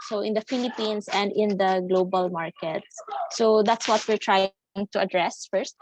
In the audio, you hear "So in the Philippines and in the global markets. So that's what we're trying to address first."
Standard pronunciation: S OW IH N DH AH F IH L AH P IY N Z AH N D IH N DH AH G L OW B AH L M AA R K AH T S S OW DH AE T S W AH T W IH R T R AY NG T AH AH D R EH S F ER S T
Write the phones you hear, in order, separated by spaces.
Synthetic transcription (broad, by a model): S OW IH N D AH F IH L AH P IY N S AH N D IH N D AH G L OW B AH L M AA R K AH T S S OW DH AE T S W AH T W IH R T R AY NG T AH AH D R EH S F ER S T